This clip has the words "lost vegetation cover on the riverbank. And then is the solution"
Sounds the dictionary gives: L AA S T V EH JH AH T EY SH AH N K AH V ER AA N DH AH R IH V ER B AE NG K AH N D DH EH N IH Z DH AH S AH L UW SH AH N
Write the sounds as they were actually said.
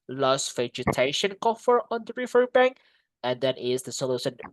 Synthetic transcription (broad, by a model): L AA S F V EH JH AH T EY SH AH N K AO F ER AA N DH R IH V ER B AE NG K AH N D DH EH N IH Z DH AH S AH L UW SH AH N